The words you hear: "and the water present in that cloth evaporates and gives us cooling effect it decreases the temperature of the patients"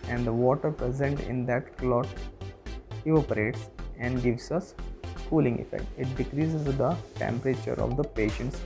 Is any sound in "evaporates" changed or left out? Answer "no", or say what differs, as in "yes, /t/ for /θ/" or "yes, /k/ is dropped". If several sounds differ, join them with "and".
yes, /v/ is dropped